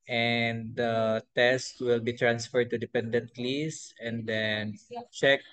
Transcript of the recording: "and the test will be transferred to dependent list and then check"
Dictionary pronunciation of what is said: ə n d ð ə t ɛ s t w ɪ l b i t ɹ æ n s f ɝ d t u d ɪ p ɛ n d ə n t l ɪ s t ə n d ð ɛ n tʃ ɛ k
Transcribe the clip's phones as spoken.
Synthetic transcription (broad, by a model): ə n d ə t ɛ s t w ɪ l b i t ɹ æ n s f ɝ d t u d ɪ p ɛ n d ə n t l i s ə n d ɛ n tʃ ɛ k